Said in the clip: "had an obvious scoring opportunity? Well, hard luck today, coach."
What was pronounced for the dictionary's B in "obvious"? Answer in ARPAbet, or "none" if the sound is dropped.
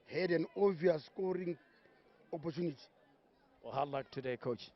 none